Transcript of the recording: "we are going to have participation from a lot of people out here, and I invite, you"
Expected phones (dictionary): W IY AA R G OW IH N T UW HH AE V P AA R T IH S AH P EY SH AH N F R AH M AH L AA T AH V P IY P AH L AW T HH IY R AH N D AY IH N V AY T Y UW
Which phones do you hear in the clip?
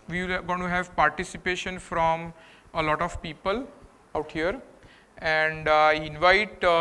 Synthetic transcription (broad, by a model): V IY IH L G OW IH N T UW HH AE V P AA R T IH S AH P EY SH AH N F R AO M AH L AA T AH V P IY P AH L AW T HH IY R AH N D AY IH N V AY T